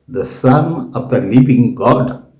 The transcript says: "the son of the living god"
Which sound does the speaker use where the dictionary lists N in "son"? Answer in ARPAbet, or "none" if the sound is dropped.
N